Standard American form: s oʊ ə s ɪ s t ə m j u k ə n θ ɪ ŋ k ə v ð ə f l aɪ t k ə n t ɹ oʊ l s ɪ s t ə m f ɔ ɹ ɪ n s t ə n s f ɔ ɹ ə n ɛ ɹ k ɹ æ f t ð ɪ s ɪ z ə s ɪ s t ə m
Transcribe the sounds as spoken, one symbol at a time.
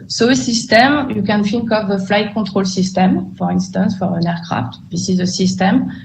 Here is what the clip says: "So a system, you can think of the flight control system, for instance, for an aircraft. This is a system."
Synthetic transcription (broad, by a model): s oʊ ə s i s t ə m j u k ə n f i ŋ k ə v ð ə f l aɪ t k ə t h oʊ l s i s t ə m f ɔ ɹ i n s t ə n s f ɔ ɹ ə n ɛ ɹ k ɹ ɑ f t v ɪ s ɪ z ə s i s t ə m